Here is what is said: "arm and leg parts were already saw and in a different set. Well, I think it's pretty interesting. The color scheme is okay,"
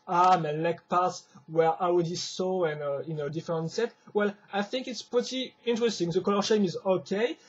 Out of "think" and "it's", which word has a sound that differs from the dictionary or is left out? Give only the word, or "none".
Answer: none